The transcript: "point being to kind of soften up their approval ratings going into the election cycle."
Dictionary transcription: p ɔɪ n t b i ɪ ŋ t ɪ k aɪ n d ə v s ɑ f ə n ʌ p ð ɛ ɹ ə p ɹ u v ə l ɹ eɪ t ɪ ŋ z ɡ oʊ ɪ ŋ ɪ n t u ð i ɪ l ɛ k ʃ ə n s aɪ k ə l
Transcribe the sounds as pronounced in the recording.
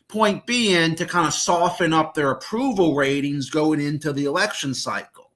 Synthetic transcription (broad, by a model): p ɔɪ n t b i ɪ ŋ t ɪ k aɪ n d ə s ɑ f ə n ʌ p ð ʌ ɹ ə p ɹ u v l ɹ eɪ t ɪ ŋ z ɡ oʊ ɪ ŋ ɪ n t u ð i ɪ l ɛ k ʃ ə n s aɪ k l